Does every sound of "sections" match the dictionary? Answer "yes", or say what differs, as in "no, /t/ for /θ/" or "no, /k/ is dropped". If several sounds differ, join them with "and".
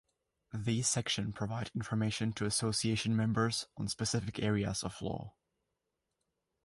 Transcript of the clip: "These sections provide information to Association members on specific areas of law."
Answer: no, /z/ is dropped